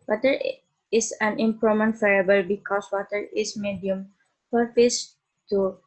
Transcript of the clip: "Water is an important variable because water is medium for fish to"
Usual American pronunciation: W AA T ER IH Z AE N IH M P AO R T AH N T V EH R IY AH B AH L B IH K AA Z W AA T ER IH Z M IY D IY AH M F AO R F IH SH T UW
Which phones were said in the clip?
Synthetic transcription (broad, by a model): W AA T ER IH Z AE N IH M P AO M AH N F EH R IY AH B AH L B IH K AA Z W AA T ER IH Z M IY D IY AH M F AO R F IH S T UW